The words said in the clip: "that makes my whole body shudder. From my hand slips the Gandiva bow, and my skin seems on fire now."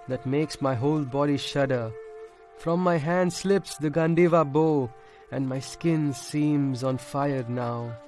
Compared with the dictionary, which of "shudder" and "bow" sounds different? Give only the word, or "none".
none